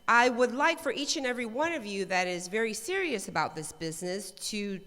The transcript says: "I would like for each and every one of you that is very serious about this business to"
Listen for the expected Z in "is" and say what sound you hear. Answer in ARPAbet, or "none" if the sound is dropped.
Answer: Z